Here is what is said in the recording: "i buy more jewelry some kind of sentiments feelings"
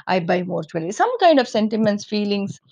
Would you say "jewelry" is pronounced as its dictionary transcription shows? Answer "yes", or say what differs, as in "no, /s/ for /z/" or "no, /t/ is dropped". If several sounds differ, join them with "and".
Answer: no, /tʃ/ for /dʒ/ and /ɹ/ is dropped